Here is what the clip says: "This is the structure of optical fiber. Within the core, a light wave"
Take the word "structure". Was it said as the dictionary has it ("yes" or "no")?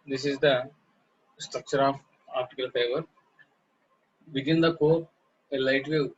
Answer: yes